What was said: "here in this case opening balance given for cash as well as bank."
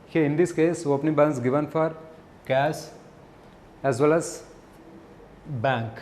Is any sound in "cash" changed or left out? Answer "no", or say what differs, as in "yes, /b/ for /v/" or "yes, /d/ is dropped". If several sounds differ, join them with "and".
yes, /s/ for /ʃ/